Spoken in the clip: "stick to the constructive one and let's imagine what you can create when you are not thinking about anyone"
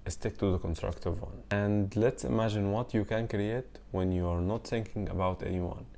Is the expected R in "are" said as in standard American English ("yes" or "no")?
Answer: yes